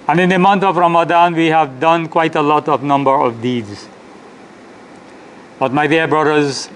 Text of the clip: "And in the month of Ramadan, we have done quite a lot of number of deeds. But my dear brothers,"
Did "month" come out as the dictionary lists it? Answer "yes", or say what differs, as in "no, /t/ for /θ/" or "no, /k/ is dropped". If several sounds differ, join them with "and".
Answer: no, /t/ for /θ/